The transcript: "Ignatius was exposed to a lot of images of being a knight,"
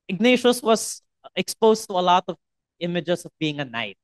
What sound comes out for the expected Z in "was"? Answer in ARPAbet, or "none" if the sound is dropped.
S